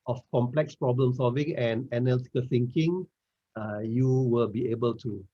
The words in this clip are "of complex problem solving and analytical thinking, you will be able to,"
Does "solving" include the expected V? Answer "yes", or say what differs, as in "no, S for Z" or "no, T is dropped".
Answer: yes